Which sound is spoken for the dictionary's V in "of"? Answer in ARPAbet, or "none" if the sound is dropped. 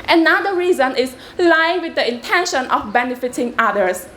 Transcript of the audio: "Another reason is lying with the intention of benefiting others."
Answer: F